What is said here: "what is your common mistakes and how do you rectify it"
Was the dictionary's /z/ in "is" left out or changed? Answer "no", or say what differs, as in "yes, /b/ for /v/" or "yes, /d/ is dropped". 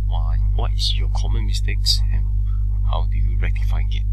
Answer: yes, /s/ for /z/